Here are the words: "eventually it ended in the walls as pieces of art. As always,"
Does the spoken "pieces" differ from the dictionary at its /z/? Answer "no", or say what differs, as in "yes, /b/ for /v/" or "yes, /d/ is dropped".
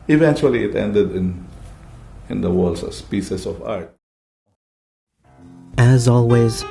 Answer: yes, /s/ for /z/